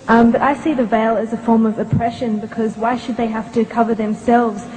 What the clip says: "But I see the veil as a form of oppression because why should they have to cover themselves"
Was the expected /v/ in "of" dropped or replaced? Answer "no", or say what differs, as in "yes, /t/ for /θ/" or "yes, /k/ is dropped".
no